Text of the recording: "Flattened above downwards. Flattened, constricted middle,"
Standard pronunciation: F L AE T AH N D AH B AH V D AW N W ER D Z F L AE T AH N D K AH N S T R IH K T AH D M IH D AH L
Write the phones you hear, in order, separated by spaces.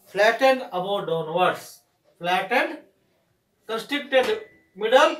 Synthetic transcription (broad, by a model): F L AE T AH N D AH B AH D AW N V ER D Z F L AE T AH N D K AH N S T IH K T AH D M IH D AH L